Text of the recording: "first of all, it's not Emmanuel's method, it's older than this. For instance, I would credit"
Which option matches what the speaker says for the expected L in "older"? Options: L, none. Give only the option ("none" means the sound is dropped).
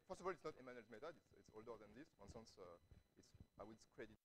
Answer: L